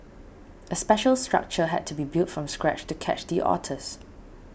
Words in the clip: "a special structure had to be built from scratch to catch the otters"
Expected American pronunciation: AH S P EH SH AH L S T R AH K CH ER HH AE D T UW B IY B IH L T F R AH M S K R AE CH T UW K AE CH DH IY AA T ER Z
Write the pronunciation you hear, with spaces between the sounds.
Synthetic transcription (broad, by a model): AH S P EH SH AH L S T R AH K CH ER HH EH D T UW B IY B IH L T F R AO M S K R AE CH T UW K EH CH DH IY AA T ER S